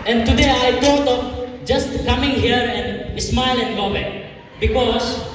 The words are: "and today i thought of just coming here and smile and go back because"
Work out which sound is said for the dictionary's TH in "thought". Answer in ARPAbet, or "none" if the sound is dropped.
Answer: T